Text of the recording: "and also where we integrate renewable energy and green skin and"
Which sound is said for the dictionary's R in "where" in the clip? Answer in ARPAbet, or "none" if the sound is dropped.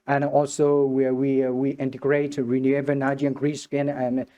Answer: W